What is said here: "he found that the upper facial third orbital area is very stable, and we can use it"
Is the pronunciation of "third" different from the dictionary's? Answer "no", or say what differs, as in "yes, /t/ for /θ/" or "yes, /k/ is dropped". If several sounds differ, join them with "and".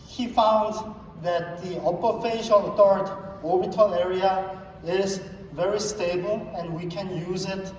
yes, /t/ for /θ/